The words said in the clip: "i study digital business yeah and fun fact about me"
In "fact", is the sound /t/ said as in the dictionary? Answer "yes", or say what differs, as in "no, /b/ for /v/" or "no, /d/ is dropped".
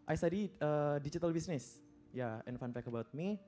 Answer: no, /t/ is dropped